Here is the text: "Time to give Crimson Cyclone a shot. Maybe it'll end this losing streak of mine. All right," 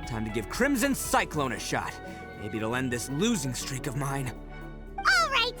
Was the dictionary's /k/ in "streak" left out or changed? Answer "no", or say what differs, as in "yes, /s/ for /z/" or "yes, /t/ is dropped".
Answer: no